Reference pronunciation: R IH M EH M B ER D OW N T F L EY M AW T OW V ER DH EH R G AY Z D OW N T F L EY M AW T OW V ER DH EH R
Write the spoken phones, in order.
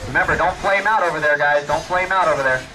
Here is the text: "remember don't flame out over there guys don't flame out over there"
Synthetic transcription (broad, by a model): R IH M EH M B ER D OW N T P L EY M AW T OW V ER DH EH R G AY Z D OW N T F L EY M AW T OW V ER DH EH R